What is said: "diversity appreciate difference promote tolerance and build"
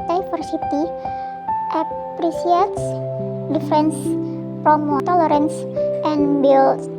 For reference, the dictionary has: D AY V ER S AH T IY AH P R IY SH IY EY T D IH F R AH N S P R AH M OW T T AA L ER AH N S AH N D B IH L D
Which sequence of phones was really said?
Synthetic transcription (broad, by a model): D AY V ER S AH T IY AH P R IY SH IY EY T D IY F R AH N S F R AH M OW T T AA L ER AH N S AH N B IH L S